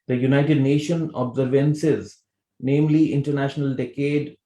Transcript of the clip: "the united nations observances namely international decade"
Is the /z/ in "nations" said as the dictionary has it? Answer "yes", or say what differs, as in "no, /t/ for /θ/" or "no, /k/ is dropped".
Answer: no, /z/ is dropped